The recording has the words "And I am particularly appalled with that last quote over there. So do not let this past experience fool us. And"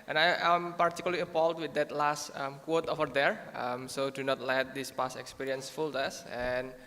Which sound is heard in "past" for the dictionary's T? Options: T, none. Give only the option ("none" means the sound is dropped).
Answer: none